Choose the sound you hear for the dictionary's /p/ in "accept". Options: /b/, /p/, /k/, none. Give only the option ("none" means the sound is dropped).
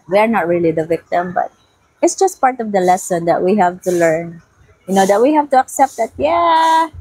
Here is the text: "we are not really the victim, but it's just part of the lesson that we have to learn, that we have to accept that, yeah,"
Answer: /p/